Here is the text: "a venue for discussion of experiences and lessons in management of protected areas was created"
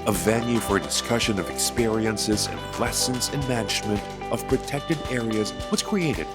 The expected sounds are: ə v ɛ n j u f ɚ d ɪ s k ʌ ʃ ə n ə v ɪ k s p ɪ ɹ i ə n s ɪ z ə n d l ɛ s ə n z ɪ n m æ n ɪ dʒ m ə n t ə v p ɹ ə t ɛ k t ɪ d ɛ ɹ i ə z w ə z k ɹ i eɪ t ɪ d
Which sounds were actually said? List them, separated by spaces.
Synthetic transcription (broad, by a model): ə v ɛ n j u f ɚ d ɪ s k ʌ ʃ ə n ə v ɪ k s p ɪ ɹ i ə n s ɪ z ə n l ɛ s ə n z ɪ n m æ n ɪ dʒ m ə n t ə v p ɹ ə t ɛ k t ɪ d ɛ ɹ i ə z w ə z k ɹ i eɪ t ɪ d